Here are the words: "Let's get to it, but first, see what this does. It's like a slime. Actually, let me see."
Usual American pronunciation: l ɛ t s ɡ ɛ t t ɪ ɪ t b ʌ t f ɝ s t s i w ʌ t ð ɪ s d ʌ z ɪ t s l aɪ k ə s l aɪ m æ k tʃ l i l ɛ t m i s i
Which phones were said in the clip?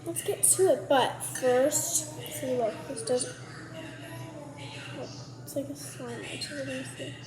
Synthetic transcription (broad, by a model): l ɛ t s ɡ ɛ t t ɪ ɪ t b ʌ t f ɝ s t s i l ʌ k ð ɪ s d ʌ z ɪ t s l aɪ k ə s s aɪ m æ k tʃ i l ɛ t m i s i